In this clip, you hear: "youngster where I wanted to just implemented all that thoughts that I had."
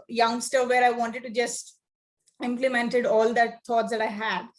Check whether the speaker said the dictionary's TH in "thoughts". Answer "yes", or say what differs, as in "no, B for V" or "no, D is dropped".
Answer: no, T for TH